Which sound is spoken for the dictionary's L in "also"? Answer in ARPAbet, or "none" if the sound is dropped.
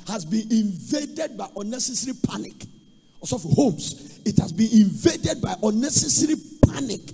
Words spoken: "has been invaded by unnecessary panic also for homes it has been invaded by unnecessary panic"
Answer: none